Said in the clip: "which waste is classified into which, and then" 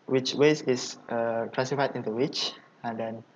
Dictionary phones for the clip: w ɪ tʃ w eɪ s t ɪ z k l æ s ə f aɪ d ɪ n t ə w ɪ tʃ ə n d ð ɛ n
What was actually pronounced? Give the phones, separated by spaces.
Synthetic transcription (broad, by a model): w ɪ tʃ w eɪ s ɪ s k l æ s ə f aɪ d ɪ n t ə w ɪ tʃ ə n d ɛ n